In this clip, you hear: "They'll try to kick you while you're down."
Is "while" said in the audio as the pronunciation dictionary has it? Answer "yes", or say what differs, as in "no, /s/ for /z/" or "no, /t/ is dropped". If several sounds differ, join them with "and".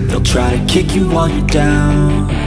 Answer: no, /n/ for /l/